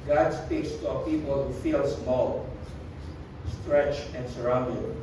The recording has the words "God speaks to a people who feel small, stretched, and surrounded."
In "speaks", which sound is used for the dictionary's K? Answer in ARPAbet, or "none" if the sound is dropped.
K